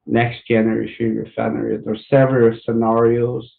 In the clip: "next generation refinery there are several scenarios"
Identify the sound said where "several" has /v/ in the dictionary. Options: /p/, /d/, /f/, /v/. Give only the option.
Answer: /v/